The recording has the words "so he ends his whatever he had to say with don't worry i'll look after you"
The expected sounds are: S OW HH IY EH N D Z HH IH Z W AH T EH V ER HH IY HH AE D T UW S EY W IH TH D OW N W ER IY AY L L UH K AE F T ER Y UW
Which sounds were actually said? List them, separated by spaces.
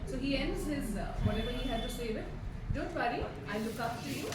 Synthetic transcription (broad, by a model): S OW HH IY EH N D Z HH IH Z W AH T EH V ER HH IY HH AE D T UW S EY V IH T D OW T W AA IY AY N L UH K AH P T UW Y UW